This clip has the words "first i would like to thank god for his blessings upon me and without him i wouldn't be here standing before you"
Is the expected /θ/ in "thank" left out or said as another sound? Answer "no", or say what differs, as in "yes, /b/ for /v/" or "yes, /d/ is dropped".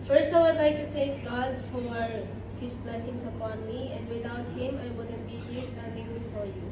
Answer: yes, /t/ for /θ/